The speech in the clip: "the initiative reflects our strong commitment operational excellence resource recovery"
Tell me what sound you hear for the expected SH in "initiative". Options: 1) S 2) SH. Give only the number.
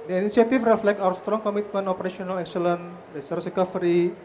1